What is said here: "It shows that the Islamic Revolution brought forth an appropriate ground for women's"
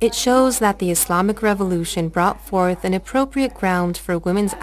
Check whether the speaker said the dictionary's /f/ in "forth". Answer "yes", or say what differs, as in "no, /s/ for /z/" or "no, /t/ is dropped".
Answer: yes